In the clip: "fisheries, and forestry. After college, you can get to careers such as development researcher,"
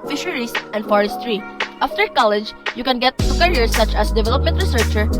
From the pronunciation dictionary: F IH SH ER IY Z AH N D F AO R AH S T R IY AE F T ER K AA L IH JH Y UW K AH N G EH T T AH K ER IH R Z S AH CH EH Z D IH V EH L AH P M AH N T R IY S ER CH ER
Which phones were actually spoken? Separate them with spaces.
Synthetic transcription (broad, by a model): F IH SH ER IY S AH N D F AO R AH S T R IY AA F T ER K AA L IH JH Y UW K AH N G EH T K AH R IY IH R S AH CH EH S D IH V EH L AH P M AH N T R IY S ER CH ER